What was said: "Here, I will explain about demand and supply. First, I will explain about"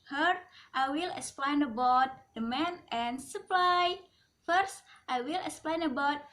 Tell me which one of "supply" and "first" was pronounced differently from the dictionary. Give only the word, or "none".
none